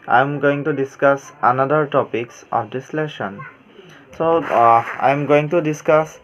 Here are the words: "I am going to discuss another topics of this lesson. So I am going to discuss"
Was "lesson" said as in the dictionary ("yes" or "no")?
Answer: no